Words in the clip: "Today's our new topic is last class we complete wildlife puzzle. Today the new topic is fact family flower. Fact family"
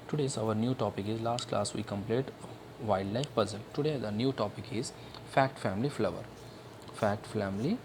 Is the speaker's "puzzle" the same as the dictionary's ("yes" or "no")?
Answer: yes